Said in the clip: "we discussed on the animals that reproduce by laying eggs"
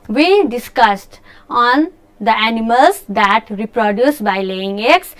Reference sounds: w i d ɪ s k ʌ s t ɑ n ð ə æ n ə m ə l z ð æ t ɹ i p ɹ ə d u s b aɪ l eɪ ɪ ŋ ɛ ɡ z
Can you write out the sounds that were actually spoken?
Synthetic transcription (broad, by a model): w i d ɪ s k ʌ s t ɑ n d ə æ n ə m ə l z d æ t ɹ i p ɹ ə d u s b aɪ l eɪ ɪ ŋ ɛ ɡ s